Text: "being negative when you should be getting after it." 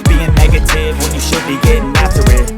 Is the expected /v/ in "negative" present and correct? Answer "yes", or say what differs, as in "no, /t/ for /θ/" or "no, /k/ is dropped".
yes